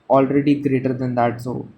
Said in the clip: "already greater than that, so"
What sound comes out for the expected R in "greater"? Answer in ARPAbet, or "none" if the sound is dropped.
R